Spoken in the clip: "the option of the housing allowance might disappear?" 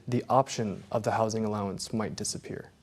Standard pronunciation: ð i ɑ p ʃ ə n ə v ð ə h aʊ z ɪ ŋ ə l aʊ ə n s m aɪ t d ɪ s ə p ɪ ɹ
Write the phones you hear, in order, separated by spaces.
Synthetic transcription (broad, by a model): ð i ɑ p ʃ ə n ə v ð ə h aʊ z ɪ ŋ ə l aʊ ə n s m aɪ t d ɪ s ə p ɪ ɹ